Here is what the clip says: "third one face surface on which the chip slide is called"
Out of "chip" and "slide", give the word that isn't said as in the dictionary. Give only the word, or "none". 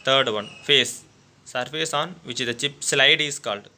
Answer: none